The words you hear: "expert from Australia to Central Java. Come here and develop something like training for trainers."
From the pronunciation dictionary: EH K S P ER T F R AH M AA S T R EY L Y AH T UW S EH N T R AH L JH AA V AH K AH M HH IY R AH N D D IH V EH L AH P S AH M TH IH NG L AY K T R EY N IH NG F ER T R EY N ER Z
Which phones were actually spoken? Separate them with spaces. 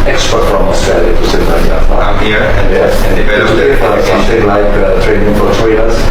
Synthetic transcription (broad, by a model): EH K S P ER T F R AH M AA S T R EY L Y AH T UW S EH T L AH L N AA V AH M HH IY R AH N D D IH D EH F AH S AH M TH IH NG L AY K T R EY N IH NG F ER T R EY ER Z